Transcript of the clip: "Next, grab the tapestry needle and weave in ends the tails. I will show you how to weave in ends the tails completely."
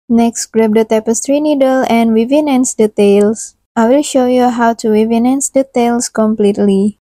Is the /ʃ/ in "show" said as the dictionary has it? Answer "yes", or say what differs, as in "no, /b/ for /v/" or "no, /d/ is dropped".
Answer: yes